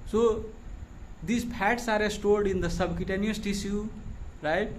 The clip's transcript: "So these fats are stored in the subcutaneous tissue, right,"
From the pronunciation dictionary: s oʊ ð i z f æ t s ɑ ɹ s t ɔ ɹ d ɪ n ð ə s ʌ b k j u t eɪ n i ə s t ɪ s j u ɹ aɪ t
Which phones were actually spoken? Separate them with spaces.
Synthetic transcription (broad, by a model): s oʊ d i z p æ t s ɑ ɹ s t ɔ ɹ d ɪ n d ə s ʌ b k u t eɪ n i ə s t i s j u ɹ aɪ t